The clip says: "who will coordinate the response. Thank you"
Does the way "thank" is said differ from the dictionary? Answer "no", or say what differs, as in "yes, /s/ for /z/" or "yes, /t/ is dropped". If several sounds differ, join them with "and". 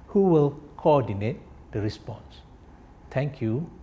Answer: yes, /t/ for /θ/